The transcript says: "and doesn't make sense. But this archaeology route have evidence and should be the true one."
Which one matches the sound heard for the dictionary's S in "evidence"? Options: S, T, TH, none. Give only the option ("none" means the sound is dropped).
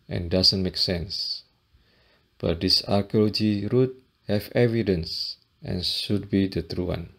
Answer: S